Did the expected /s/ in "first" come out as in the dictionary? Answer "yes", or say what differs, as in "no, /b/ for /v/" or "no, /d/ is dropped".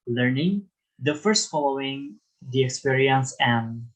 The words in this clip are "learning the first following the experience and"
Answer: yes